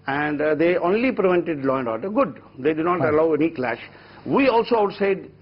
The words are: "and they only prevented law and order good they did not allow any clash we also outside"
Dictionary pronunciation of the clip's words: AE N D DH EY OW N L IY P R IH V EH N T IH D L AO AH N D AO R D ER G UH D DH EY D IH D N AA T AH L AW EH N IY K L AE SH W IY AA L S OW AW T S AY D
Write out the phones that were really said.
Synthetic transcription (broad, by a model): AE N D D EY OW N L IY P R IH V EH N T IH D L AO AH N D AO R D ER G UH D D EY D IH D N AA T AH L AW EH N IY K L AE SH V IY AA L S OW AW T S AY D